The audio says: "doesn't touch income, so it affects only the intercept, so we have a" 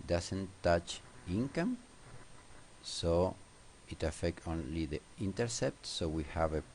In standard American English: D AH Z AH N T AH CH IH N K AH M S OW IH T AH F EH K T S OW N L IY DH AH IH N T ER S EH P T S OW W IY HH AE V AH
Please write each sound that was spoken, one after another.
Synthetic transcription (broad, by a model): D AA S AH N T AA CH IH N K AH M S OW IH T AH F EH K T OW N L IY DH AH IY N T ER S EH P T S OW W IY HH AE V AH